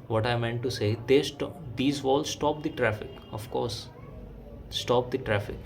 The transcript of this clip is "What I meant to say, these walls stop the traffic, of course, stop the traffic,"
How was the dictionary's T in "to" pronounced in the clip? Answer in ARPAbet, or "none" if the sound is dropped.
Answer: S